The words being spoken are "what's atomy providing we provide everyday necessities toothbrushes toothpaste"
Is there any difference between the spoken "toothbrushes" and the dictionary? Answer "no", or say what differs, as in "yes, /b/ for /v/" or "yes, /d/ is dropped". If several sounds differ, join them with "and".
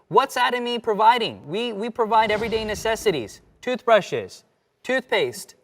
no